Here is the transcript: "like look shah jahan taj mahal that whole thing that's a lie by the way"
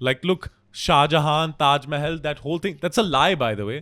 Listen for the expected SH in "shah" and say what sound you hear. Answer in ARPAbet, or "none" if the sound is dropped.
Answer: SH